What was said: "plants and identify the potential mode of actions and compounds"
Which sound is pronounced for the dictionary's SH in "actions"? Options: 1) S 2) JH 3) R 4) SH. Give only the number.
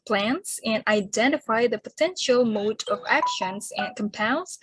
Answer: 4